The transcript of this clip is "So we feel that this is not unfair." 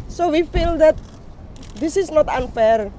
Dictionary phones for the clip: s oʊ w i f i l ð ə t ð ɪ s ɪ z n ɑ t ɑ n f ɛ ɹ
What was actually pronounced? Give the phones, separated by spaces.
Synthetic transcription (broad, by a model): s oʊ w i f i l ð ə t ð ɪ s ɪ s n ɑ t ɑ n f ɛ ɹ